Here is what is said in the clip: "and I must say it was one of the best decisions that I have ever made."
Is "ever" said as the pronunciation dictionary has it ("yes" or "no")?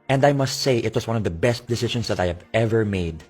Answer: yes